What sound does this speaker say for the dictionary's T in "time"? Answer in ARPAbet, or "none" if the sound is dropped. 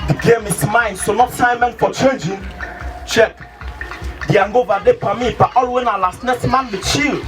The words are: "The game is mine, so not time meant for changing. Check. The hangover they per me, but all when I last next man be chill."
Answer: S